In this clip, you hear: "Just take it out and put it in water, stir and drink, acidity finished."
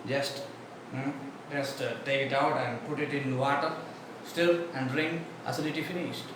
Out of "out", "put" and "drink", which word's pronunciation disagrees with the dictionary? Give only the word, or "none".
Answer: drink